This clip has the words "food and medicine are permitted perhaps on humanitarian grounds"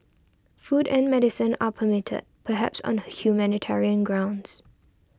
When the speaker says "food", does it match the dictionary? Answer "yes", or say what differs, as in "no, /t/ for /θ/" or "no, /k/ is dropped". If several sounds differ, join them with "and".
yes